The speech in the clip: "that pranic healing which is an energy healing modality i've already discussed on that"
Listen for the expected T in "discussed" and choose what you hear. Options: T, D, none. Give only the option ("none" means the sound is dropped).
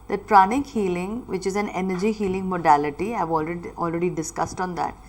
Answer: T